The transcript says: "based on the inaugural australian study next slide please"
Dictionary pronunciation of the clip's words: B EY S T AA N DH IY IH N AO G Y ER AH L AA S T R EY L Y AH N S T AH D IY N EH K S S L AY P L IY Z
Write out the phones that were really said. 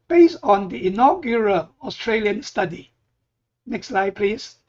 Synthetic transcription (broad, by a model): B EY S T AA N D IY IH N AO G Y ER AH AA S T R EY L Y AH N S T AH D IY N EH K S S L AY P L IY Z